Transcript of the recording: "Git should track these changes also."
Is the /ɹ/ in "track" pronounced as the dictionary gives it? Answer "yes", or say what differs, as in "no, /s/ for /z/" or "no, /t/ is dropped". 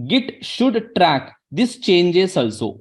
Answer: yes